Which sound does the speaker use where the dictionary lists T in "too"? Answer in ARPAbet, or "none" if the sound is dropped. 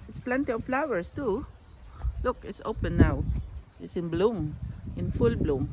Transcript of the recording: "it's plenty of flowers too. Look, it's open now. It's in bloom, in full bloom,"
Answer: T